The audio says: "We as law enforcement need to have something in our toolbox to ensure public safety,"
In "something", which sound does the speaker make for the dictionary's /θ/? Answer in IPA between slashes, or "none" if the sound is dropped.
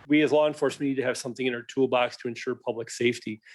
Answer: /θ/